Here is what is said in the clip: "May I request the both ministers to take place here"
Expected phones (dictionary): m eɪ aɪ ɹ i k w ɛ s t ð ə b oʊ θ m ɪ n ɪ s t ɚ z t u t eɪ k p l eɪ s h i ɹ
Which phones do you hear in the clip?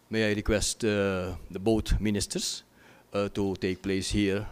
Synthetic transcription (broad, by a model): m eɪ aɪ ɹ i k w ɛ s t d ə b oʊ t m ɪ n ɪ s t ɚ s t u t eɪ k p l eɪ s h i ɹ